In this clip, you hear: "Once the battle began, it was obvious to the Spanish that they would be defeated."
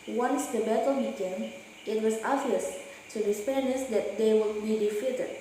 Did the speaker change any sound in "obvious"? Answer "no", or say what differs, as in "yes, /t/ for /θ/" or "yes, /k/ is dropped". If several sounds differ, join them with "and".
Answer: yes, /b/ is dropped